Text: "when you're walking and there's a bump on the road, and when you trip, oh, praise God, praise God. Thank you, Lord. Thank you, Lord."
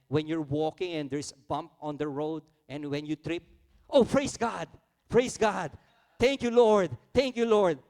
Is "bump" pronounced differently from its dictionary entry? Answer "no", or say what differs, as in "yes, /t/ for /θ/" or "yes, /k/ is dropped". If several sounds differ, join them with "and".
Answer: no